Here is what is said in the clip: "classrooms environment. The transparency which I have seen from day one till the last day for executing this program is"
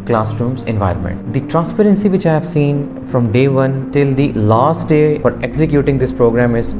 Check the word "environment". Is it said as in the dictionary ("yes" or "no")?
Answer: yes